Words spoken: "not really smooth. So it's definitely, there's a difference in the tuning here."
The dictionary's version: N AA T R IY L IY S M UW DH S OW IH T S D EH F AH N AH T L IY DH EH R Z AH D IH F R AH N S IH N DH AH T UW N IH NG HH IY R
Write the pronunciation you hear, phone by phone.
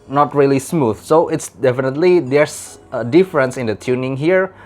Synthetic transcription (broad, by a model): N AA T R IY L IY S M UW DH S OW IH T S D EH F AH N AH T L IY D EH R S AH D IH F R AH N S IH N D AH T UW N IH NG HH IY R